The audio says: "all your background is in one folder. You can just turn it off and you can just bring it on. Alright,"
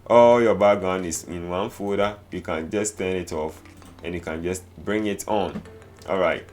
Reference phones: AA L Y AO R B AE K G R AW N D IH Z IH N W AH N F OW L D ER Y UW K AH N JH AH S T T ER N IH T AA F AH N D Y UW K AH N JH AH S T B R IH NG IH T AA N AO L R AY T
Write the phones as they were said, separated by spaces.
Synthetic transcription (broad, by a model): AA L Y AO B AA G AW N IH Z IH N W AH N F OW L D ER Y UW K AH N JH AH S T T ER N IH T AA F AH N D Y UW K AH N JH AH S T B R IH NG IH T AA N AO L R AY T